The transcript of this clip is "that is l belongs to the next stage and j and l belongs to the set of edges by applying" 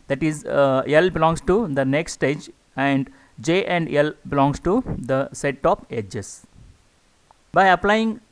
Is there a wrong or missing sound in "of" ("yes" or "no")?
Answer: yes